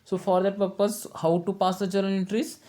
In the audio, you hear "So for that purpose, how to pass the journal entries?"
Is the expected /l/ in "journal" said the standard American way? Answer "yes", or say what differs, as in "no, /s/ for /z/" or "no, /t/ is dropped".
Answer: no, /n/ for /l/